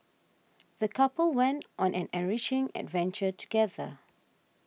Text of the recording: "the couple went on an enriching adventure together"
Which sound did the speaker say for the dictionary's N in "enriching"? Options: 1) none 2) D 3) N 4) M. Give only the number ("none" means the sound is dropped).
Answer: 1